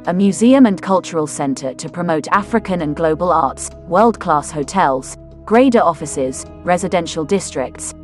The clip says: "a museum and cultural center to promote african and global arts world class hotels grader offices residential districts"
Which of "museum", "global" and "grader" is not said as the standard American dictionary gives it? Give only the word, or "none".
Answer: none